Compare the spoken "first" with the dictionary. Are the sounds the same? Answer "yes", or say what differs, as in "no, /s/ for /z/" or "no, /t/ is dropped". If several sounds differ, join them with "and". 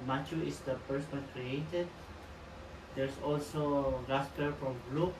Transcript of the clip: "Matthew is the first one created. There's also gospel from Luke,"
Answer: no, /p/ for /f/